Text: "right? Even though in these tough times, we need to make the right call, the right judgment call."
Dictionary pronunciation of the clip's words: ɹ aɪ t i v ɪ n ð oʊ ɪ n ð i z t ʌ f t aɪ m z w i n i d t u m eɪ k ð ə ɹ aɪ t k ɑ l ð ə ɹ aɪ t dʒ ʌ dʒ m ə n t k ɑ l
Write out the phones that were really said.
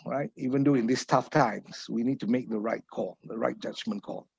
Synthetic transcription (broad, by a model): ɹ aɪ t i v ɪ n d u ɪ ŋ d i s t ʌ f t aɪ m s w i n i d t u m eɪ k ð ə ɹ aɪ t k ɑ l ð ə ɹ aɪ t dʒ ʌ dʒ m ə n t k ɑ l